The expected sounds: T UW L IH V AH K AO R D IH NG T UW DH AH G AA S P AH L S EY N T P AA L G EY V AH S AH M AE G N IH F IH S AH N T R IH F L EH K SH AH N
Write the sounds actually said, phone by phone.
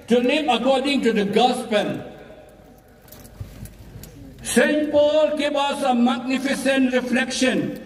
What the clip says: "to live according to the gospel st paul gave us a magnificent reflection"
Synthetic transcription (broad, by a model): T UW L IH AH K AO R D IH NG T UW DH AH G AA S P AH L S EY N T P AA L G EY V AH S AH M AE G N IH F IH S AH N T R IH F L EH K SH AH N